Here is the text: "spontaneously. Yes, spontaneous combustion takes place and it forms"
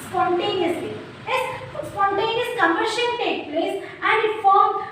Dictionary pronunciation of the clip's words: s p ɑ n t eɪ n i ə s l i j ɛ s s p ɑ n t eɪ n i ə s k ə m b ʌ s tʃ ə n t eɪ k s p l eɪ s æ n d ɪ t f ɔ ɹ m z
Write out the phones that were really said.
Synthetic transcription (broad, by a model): s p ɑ n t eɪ n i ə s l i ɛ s s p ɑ n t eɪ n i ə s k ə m ʌ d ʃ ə l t eɪ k p l eɪ s æ n d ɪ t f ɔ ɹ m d